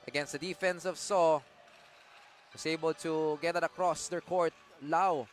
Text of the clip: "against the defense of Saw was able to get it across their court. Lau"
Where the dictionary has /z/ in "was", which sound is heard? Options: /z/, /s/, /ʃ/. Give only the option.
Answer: /s/